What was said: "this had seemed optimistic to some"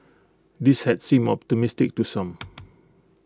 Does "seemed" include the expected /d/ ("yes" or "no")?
no